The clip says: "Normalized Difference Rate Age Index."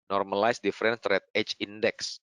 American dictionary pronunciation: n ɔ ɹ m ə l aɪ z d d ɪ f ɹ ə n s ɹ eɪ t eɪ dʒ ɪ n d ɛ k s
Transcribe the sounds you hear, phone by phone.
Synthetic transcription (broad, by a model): n ɔ ɹ m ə l aɪ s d d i f ɹ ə n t ɹ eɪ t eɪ tʃ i n d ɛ k s